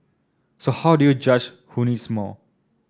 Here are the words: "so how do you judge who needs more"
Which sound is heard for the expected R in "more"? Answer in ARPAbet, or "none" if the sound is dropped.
L